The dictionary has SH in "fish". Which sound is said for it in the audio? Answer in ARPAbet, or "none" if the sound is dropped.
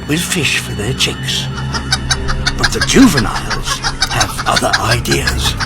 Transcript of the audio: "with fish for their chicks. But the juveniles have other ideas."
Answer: SH